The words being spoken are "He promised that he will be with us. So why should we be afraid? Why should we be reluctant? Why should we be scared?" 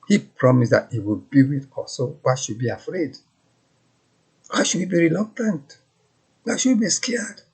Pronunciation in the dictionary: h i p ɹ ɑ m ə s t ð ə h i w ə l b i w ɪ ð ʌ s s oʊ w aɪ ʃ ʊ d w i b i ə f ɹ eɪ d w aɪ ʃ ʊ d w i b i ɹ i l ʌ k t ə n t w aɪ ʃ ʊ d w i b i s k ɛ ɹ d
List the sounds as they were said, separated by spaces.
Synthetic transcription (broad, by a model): h i p ɹ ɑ m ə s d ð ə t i w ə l b i w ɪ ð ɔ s s oʊ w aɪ ʃ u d b i ə f ɹ eɪ d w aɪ ʃ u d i b i ɹ i l ʌ k t ə n t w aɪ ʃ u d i b i s k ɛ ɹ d